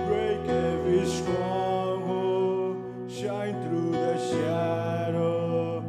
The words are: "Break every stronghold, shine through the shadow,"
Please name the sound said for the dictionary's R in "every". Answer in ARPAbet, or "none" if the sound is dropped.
none